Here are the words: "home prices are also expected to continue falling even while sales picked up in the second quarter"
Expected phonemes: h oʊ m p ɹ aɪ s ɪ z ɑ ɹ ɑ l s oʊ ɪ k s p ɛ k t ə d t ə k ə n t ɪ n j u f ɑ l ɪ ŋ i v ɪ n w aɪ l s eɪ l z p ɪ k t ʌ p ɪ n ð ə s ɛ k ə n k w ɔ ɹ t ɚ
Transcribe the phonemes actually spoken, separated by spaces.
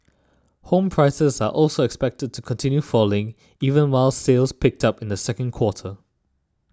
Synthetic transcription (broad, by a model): h oʊ m p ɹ aɪ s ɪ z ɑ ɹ ɑ l s oʊ ɪ k s p ɛ k t ə d t ə k ə n t ɪ n j u f ɑ l ɪ ŋ i v ɪ n w aɪ l s eɪ l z p ɪ k t ʌ p ɪ n ð ə s ɛ k ə n k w ɔ t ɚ